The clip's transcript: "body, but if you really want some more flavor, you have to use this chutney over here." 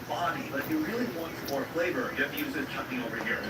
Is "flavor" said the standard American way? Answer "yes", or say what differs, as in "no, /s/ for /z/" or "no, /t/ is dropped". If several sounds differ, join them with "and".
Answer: no, /b/ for /v/